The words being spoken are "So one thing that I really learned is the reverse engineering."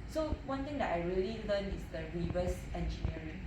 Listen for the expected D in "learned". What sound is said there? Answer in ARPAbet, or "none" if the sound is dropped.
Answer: none